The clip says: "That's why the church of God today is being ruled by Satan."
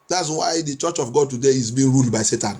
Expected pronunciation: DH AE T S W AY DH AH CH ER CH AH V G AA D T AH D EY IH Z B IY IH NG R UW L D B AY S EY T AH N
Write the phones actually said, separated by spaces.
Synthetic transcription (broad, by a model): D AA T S W AY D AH CH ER CH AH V G AA D T AH D EY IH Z B IY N R UW L D B AY S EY T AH N